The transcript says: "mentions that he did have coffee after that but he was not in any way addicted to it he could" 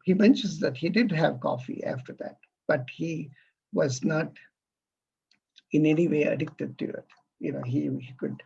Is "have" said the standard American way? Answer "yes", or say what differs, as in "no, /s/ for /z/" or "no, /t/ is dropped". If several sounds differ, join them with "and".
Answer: yes